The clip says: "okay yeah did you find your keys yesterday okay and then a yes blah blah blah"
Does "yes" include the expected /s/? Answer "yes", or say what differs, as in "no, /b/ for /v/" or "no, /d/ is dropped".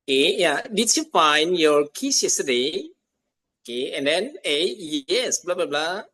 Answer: yes